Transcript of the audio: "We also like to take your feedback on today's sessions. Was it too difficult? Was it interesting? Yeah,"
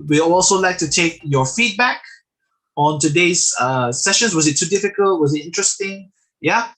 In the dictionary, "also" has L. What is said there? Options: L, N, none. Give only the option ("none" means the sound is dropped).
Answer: L